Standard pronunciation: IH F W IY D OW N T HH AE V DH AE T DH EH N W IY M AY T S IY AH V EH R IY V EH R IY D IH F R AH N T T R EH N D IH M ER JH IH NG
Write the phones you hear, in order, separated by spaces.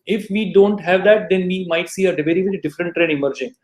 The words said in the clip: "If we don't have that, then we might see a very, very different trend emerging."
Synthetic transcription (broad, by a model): IH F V IY D OW N T HH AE V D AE T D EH N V IY M AY T S IY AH V EH R IY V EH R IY D IH F R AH N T T R EH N IH M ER JH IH NG